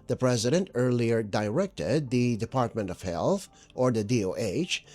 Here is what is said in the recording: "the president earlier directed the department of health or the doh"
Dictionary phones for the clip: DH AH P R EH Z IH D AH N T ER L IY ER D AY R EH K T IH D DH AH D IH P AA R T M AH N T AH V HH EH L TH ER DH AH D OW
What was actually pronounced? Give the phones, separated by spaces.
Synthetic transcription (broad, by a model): DH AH P R EH Z IH D AH N T ER L IY ER D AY R EH K T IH D DH AH D IH P AA R T M AH N T AH V HH EH L TH ER DH AH D OW